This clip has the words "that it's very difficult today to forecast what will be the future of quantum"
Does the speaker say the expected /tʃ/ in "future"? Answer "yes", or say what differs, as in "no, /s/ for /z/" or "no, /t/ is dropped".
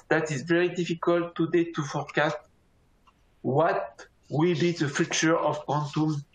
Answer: yes